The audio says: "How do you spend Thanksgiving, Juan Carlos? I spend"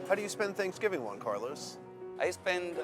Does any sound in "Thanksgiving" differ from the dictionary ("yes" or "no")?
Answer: no